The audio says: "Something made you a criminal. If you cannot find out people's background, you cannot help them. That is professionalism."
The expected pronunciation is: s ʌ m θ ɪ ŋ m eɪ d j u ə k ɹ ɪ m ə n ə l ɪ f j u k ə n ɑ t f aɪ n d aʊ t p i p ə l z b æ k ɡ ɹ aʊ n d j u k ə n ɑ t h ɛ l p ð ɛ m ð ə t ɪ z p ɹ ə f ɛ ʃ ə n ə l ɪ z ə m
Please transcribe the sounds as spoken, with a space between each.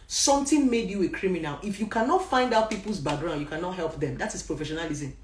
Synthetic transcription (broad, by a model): s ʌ m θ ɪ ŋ m eɪ d j u ə k ɹ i m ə n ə l ɪ f j u k ə n ɑ t f aɪ n d aʊ t p i p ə l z b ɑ ɡ ɹ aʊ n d j u k ə n ɑ t h ɛ l p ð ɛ m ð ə t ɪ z p ɹ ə f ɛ ʃ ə n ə l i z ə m